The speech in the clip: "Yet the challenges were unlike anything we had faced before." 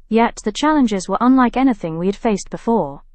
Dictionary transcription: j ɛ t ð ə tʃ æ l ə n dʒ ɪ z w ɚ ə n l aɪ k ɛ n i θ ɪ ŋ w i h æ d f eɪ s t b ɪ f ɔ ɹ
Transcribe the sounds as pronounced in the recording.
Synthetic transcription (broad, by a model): j ɛ t ð ə tʃ æ l ə n dʒ ɪ z w ɚ ə n l aɪ k ɛ n i θ ɪ ŋ w i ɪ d f eɪ s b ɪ f ɔ ɹ